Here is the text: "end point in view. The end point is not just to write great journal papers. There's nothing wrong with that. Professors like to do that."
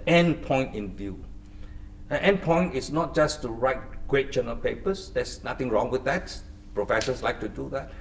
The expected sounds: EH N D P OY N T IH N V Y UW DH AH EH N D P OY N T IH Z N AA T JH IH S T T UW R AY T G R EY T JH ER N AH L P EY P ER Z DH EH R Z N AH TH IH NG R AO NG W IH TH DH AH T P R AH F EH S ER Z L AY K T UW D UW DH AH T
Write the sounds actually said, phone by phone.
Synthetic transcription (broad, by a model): EH N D P OY N T IH N V Y UW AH EH N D P OY N T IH S N AA T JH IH S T T UW R AY T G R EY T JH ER N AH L P EY P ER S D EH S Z N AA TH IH NG R AO NG W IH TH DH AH T P R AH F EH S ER S L AY K T UW D UW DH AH T